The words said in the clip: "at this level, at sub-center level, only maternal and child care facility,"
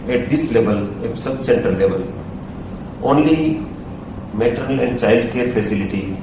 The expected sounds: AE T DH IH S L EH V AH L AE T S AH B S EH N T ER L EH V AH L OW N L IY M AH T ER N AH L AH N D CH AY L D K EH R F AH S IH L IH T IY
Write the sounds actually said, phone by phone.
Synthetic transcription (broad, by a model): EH T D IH S L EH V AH L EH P S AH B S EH N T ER L EH V AH L OW N L IY M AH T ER AH L AH N D CH AY L D K EH R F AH S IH L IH T IY